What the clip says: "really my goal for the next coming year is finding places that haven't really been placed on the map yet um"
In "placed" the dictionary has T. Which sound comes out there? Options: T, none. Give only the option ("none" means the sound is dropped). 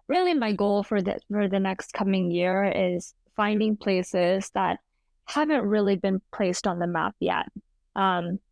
T